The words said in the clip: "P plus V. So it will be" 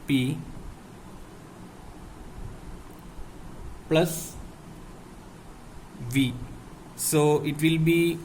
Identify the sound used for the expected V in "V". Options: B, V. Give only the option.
V